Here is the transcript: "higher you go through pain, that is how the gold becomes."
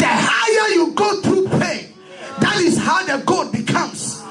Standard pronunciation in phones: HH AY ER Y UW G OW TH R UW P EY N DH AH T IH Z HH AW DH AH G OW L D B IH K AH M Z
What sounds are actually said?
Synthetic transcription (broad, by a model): HH AY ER Y UW G OW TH R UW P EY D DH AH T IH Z HH AW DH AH G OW D B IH K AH M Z